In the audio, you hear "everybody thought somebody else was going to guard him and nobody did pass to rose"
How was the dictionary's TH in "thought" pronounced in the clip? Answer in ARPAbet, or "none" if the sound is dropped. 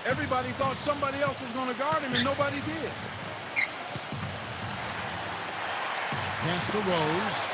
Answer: TH